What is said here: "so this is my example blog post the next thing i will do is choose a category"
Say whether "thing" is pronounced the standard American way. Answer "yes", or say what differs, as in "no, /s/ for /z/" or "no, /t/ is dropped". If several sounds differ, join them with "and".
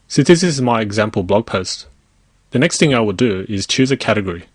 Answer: yes